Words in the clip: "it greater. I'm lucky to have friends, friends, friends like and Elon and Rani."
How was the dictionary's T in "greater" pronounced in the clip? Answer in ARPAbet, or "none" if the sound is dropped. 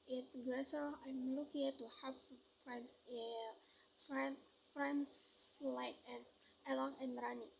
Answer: S